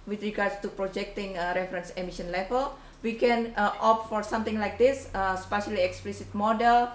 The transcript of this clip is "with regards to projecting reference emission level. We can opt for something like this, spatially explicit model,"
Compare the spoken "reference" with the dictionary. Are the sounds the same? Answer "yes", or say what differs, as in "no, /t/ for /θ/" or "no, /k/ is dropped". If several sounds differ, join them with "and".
yes